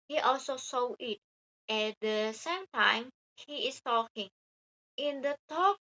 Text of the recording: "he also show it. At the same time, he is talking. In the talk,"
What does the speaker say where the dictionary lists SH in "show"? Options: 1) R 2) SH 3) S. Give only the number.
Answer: 3